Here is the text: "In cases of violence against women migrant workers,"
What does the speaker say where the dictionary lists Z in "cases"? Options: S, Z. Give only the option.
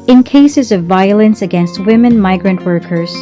Z